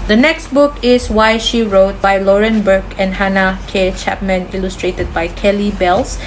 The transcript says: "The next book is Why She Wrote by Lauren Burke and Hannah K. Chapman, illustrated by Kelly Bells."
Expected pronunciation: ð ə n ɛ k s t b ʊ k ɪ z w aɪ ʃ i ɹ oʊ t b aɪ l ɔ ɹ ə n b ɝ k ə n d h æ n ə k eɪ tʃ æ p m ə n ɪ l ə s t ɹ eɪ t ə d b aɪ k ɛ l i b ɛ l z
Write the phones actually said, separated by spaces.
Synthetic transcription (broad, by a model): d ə n ɛ k s t b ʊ k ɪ s w aɪ ʃ i ɹ oʊ t b aɪ l ɔ ɹ ə n b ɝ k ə n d h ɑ n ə k eɪ tʃ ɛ p m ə n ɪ l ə s t ɹ eɪ t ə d b aɪ k ɛ l i b ɛ l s